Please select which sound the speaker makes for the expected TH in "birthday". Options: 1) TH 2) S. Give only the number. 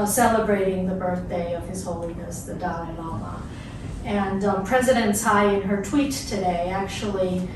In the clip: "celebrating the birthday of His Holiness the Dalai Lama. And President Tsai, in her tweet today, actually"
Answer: 1